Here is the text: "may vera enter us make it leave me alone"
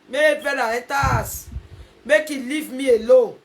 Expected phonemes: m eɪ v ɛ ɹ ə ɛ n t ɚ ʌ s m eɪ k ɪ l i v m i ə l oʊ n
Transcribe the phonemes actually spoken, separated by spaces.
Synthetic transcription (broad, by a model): m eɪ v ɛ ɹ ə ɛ t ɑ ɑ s m eɪ k ɪ l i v m i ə l oʊ